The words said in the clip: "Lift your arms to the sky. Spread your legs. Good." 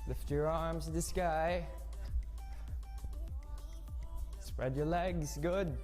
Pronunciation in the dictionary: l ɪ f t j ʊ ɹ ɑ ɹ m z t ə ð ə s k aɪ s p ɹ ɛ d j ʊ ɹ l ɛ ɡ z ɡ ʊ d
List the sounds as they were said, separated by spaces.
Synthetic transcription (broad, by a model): l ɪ f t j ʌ ɹ ɑ ɹ m z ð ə s k aɪ s p ɹ ɛ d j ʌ ɹ l ɛ ɡ z ɡ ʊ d